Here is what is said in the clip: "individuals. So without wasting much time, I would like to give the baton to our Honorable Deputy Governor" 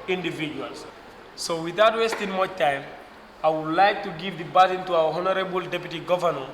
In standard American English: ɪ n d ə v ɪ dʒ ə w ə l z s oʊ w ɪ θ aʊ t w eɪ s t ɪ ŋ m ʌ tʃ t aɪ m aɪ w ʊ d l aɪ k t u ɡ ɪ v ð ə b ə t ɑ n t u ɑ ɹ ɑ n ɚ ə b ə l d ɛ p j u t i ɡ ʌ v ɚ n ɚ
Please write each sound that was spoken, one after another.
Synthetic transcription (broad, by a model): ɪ n d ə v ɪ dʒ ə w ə l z s oʊ w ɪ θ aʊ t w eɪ s t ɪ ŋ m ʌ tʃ t aɪ m aɪ w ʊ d l aɪ k t u ɡ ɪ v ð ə b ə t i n t u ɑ w ɑ n ɚ ə b ə l d ɛ p j u t i ɡ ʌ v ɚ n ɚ